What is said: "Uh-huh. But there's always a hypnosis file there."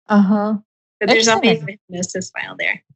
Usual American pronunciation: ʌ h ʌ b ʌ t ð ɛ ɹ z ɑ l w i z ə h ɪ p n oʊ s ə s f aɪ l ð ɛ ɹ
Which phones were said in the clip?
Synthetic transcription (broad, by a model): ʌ h ʌ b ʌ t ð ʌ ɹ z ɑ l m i ə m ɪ n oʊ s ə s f aɪ l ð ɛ ɹ